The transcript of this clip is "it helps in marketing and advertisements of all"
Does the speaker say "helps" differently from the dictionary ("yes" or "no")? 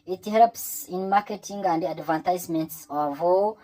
no